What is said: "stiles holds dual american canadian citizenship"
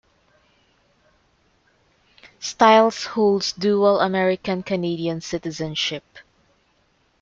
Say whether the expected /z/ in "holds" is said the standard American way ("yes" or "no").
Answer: no